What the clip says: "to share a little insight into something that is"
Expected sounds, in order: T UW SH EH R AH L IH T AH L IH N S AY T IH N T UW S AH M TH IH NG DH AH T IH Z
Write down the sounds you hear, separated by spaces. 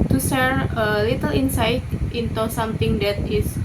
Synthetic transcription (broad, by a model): T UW S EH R AH L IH T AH L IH N S AY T IH N T UW S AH M T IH NG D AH T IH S